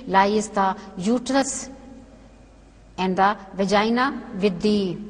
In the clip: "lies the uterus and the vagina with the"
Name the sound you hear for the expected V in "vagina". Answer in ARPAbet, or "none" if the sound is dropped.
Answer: V